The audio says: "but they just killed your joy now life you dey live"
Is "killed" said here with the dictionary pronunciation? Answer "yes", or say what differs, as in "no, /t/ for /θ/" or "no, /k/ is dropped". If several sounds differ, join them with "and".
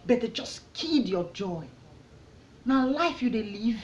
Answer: no, /l/ is dropped